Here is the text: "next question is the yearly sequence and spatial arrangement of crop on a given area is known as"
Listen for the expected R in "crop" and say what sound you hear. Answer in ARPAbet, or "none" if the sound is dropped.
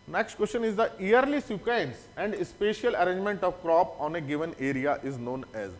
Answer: R